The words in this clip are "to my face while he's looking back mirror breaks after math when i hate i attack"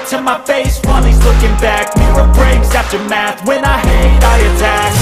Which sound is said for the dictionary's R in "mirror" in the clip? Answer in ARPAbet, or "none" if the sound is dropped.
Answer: none